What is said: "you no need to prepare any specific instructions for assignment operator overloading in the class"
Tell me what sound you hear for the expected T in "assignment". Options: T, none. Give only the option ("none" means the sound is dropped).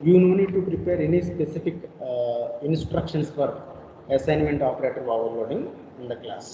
T